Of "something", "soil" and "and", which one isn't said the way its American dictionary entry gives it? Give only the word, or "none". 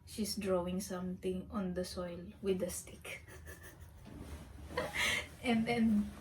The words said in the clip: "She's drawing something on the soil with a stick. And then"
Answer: something